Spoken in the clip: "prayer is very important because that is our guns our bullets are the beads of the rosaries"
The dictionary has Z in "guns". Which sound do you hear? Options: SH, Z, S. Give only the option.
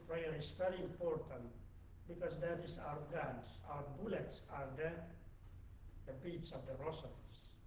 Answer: S